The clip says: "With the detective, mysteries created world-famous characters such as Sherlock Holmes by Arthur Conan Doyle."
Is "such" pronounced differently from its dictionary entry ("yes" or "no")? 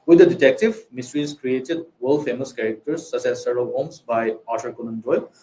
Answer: yes